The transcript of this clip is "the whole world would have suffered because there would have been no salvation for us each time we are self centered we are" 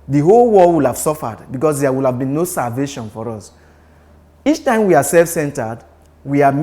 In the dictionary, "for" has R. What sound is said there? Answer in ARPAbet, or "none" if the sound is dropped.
R